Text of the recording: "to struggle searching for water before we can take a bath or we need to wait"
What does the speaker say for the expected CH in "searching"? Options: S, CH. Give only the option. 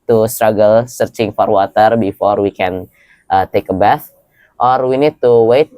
CH